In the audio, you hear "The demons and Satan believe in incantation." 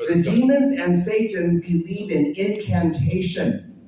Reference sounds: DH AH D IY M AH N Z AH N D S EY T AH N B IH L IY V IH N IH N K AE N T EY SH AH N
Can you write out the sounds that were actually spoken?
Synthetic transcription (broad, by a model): DH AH D IY M AH N Z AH N S EY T N B IH L IY V IH N IH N K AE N T EY SH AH N